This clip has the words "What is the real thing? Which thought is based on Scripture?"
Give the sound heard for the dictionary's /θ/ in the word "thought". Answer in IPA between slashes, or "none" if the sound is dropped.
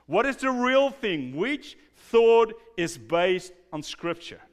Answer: /θ/